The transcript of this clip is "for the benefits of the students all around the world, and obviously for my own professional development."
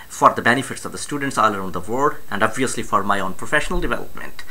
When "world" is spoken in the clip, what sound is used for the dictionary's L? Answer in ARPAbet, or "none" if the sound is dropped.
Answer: none